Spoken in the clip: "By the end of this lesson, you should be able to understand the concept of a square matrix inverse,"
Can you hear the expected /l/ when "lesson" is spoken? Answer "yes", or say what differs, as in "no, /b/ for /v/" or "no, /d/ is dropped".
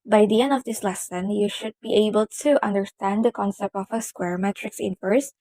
yes